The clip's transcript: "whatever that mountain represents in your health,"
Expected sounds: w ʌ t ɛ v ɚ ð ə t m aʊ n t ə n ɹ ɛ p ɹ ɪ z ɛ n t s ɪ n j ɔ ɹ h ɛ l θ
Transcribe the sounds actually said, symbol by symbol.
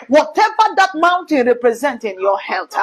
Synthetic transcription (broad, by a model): w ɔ t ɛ v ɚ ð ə t m aʊ n t ə n ɹ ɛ p ɹ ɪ z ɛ n t ɪ n j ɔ h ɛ l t